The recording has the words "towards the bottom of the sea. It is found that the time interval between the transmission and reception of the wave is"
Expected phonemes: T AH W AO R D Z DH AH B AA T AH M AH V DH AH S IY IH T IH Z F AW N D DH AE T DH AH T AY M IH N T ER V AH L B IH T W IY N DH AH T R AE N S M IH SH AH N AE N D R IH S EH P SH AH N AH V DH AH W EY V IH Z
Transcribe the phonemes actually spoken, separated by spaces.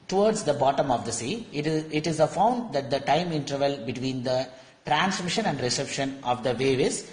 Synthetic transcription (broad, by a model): T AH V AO R D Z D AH B AA T AH M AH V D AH S IY IH T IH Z F AW N D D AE T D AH T AY M IH N T ER V AH L B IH T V IY N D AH T R AE N S M IH SH AH N AE N D R IH S EH P SH AH N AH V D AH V EY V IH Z